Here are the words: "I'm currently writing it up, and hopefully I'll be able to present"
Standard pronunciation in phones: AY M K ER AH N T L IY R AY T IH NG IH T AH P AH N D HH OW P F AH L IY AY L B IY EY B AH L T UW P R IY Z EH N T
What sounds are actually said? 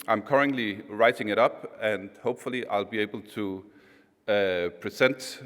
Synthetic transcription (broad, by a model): AY M K ER AH N T L IY R AY T IH NG IH T AH P AH N D HH OW P F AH L IY AY L B IY EY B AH L T UW P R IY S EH N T